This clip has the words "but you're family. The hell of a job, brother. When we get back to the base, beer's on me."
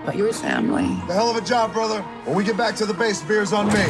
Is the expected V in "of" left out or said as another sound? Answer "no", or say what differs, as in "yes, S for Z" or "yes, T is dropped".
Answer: no